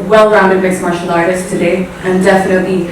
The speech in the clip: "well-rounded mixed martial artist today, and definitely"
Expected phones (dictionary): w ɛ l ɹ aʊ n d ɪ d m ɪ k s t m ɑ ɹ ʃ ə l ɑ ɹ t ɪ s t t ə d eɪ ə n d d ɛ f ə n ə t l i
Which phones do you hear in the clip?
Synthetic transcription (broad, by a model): w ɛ l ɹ aʊ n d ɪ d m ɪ s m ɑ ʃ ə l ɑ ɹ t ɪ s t t ə d eɪ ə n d d ɛ f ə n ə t l i